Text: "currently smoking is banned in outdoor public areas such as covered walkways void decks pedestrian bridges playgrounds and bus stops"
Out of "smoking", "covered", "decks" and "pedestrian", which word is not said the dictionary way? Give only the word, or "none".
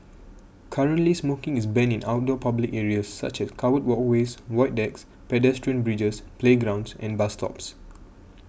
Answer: covered